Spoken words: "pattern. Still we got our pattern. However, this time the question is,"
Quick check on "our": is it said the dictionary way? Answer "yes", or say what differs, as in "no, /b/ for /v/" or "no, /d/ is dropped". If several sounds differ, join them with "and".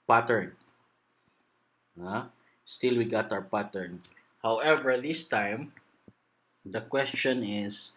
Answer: no, /w/ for /ɹ/